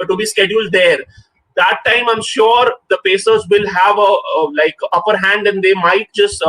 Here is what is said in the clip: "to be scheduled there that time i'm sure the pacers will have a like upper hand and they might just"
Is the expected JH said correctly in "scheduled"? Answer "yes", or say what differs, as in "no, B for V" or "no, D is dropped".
yes